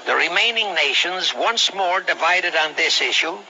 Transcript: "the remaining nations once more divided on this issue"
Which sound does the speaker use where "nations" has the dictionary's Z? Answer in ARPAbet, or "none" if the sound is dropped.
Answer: Z